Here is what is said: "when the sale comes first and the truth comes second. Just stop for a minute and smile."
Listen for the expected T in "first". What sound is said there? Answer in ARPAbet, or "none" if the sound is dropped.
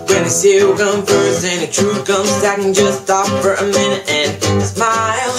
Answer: none